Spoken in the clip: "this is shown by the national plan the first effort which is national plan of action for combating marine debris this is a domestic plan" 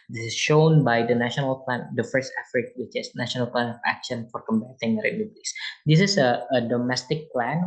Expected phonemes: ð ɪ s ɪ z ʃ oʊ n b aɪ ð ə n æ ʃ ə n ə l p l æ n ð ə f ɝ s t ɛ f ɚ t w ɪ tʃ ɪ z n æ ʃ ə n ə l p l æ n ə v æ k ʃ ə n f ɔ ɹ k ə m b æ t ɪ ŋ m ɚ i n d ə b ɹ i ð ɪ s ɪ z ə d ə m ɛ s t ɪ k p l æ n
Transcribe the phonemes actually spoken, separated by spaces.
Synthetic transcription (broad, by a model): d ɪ s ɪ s ʃ oʊ n b aɪ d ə n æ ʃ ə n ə l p l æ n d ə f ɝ s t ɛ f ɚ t w ɪ tʃ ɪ s n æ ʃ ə n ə l p l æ n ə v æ k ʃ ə n f ɔ ɹ k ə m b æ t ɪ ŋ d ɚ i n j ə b l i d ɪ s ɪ s ə d ə m ɛ s t ɪ k p l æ n